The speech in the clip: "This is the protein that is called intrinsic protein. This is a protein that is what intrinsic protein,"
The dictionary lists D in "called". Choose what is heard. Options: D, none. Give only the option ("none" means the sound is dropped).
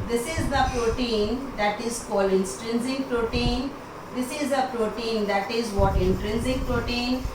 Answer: none